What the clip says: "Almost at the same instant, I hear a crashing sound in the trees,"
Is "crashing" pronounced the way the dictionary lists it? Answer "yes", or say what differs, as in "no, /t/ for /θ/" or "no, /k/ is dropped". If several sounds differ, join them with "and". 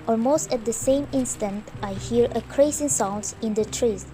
no, /s/ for /ʃ/